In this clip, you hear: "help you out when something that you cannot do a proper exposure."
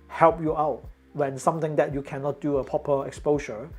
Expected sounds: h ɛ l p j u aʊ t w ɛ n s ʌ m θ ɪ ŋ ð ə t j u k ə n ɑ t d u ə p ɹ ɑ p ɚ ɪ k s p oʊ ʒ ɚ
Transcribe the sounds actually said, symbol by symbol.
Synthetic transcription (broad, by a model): h ɛ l p j u aʊ t w ɛ n s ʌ m t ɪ ŋ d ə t j u k ə n ɑ t d u ə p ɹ ɑ p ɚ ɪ k s p oʊ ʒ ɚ